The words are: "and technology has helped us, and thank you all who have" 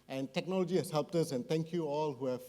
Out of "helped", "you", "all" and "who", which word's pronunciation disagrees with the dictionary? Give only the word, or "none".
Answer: none